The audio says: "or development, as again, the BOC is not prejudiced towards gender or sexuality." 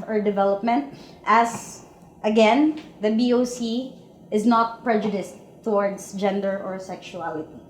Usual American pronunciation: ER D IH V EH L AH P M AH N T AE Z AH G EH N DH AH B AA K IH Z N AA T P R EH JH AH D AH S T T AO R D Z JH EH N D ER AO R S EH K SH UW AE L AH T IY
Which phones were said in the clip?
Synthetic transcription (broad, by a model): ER D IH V EH L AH P M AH N T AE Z AH G EH N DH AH B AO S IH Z N AA T P R EH JH AH D AH S T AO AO R D S JH EH N D ER AO R S EH K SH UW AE L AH T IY